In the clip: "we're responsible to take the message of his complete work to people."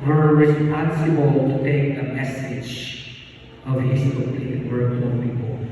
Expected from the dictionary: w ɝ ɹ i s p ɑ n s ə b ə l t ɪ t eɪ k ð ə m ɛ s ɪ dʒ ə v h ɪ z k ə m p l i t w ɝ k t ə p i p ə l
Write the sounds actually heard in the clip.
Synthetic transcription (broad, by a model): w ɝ ɹ i s p ɑ n s ə b ə l t ɪ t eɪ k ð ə m ɛ s ɪ dʒ ə v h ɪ s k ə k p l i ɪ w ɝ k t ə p i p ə l